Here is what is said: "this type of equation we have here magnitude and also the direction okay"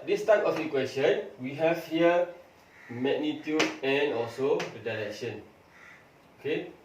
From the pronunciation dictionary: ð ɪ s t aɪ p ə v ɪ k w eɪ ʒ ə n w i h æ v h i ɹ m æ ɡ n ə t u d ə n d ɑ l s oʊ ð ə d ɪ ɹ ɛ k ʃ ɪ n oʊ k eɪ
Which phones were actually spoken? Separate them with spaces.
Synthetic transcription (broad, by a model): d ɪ s t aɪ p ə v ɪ k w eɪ s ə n w i h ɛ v h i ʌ m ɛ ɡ n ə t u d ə n ɑ l s oʊ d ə d ɪ ɹ ɛ k ʃ ɪ n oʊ k eɪ